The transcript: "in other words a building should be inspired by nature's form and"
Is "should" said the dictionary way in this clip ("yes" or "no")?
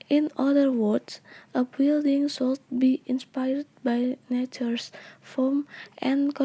no